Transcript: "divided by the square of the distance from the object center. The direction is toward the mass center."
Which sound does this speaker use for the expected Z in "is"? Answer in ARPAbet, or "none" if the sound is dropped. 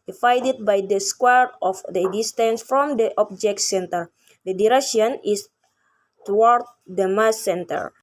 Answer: S